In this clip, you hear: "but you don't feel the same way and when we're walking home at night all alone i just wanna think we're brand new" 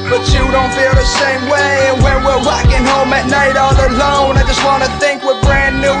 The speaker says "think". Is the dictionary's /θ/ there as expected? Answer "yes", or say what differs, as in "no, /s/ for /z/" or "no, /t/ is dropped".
yes